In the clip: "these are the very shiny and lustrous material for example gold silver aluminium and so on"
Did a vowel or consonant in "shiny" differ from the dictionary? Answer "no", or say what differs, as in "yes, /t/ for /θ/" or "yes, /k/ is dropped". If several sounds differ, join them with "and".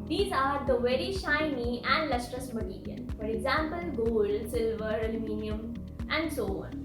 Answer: no